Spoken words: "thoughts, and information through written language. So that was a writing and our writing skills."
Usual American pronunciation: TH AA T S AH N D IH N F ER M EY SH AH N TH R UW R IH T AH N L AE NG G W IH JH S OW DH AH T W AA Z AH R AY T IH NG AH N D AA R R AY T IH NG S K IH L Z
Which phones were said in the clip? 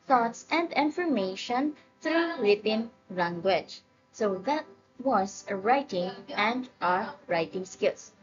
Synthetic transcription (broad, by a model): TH AA T S AH N D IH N F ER M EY SH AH N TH R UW W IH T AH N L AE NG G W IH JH S OW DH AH T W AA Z AH R AY T IH NG AH N D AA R R AY T IH NG S K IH L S